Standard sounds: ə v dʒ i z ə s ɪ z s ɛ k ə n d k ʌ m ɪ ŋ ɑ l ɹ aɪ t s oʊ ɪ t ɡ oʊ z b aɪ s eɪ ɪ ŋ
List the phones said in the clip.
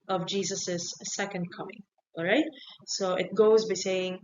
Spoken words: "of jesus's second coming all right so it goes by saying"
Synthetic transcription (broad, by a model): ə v dʒ i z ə s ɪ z s ɛ k ə n d k ʌ m ɪ ŋ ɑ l ɹ aɪ t s oʊ ɪ t ɡ oʊ z b aɪ s eɪ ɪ ŋ